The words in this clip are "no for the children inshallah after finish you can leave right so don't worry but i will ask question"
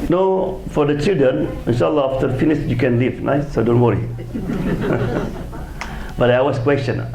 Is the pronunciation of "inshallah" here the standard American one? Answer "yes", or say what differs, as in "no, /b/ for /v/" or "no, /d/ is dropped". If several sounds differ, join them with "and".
yes